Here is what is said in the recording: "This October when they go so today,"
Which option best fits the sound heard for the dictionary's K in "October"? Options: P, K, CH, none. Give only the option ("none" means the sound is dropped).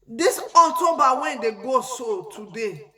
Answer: none